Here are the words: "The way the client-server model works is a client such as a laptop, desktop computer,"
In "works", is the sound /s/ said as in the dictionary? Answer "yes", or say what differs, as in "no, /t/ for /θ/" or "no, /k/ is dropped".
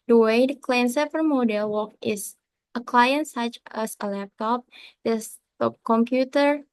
no, /s/ is dropped